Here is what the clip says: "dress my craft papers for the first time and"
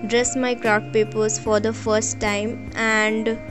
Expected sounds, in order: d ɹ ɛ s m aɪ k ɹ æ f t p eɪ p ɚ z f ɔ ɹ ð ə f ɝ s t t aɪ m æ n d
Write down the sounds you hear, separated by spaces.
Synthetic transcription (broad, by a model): d ɹ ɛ s m aɪ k ɹ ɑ t p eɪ p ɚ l f ɔ ɹ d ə f ɝ s t t aɪ m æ n d